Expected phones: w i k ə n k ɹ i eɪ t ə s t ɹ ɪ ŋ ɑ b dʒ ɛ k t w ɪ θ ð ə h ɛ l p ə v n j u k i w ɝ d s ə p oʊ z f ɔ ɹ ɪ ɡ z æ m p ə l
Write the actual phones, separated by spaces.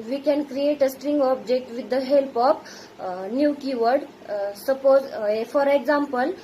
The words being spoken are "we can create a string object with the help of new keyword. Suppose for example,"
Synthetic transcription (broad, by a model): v i k ə n k ɹ i eɪ t ə s t ɹ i ŋ ɑ b dʒ ɛ k t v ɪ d ə h ɛ l p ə p n j u k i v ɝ d s ə p oʊ z f ɔ ɹ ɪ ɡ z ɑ m p ə l